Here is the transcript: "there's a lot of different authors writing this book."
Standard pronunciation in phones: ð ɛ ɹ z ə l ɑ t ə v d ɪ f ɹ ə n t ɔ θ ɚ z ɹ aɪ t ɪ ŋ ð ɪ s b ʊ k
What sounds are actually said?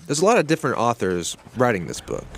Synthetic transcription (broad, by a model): ð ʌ ɹ z ə l ɑ t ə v d ɪ f ɹ ə n t ɔ θ ɚ z ɹ aɪ t ɪ ŋ ð ɪ s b ʊ k